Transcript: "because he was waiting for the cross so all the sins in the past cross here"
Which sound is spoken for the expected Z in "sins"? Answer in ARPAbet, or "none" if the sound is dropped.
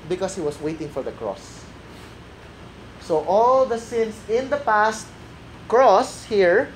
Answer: S